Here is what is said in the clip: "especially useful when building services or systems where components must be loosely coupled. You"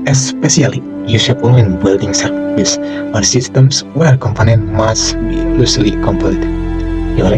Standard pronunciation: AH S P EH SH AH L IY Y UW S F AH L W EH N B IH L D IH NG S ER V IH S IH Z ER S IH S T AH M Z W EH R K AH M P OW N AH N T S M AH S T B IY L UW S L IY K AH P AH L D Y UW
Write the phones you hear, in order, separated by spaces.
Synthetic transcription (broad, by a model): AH S P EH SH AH L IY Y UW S AH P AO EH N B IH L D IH NG S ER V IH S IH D S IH S T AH M S W EH R K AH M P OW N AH N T M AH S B IY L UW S L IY K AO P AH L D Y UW